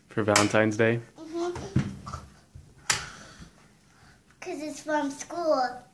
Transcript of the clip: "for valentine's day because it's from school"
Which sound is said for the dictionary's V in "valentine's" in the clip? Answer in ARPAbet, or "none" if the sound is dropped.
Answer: V